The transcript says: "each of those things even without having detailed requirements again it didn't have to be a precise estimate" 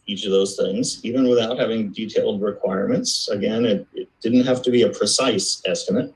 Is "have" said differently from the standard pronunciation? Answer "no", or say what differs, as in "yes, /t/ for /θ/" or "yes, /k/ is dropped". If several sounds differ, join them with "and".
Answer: yes, /f/ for /v/